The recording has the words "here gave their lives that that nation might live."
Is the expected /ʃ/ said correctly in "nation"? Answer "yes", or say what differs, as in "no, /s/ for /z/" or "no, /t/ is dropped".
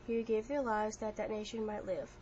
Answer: yes